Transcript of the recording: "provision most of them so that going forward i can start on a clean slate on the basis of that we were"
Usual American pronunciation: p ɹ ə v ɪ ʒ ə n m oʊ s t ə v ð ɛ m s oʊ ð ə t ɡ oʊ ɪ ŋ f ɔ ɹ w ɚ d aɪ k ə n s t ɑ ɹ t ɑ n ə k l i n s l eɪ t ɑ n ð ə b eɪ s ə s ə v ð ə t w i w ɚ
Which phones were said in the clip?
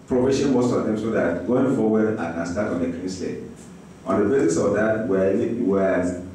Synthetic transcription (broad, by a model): p ɹ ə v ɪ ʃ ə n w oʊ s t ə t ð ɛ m s oʊ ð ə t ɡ oʊ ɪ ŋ f ɔ w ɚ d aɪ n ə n s t ɑ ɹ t ɑ n ə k i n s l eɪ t ɑ n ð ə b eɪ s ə s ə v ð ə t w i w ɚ